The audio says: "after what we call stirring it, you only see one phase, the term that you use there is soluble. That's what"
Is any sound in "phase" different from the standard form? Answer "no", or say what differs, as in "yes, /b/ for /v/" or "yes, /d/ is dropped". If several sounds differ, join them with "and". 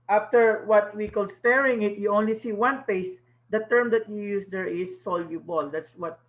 yes, /p/ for /f/